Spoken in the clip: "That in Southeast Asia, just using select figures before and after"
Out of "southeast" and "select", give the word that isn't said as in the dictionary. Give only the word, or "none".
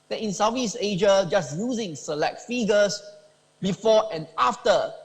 southeast